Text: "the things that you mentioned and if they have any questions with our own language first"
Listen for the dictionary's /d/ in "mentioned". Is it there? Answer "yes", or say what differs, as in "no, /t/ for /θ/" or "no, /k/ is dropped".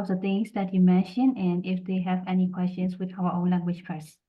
no, /d/ is dropped